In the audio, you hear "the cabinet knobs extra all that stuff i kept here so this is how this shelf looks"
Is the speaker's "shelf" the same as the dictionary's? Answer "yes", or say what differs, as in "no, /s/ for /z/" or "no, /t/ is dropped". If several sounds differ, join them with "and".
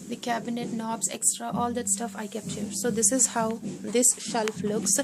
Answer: yes